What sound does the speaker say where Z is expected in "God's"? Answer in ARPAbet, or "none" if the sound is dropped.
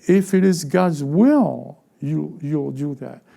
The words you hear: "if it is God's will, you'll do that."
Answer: Z